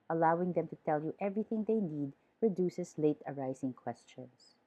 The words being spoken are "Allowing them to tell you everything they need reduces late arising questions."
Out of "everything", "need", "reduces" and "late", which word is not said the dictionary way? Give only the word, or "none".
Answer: reduces